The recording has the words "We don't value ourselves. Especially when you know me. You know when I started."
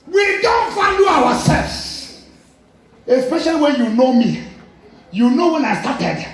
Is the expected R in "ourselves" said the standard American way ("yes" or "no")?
no